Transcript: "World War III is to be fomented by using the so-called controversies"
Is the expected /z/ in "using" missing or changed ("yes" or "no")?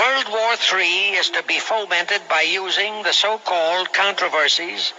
no